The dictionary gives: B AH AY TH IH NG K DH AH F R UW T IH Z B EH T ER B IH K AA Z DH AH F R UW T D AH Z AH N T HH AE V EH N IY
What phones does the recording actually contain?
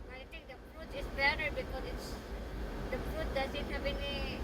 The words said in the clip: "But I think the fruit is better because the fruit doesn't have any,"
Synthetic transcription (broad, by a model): AY T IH NG K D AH F R UW T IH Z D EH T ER B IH K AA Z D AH F R UW T D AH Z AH N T HH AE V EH N IY